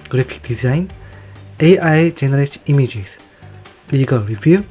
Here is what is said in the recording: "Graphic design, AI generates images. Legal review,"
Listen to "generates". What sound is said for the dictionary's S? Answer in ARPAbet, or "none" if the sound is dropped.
none